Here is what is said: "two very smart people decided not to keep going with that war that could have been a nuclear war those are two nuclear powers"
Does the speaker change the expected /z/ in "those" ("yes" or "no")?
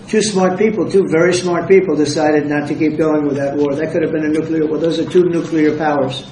no